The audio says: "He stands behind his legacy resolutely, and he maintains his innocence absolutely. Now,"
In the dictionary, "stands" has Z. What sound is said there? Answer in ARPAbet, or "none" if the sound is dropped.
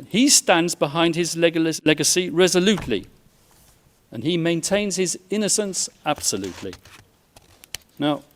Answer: Z